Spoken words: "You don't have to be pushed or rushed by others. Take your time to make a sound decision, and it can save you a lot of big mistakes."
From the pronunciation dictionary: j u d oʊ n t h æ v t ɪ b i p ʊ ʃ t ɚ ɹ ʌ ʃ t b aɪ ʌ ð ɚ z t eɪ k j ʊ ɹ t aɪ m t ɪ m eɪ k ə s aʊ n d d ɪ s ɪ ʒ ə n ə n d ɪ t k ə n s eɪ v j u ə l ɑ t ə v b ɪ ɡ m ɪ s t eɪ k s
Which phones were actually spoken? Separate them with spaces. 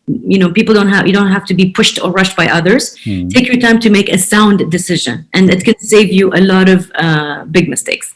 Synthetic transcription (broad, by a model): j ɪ d oʊ n t h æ f t ɪ b i p ʊ ʃ t ɚ ɹ ʌ ʃ t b aɪ ʌ ð ɚ z t eɪ k j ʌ ɹ t aɪ m t ɪ m eɪ k ə s aʊ n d d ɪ s ɪ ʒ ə n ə n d ɪ t k ə n s eɪ v j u ə l ɑ t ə v b ɪ ɡ m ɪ s t eɪ k s